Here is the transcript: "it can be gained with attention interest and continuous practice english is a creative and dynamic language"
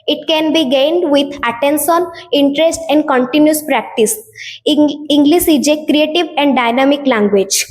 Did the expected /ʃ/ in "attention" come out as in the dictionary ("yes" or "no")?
no